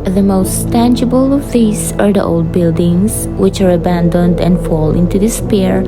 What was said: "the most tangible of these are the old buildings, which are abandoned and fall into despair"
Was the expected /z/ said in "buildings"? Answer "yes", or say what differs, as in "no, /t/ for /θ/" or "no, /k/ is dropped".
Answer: no, /s/ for /z/